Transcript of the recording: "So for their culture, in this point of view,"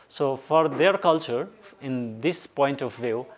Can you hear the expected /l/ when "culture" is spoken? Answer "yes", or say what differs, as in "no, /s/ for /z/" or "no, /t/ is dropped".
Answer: yes